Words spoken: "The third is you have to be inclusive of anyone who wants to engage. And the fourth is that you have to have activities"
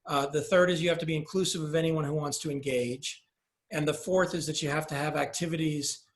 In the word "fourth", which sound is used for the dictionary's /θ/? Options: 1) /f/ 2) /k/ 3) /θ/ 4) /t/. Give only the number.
3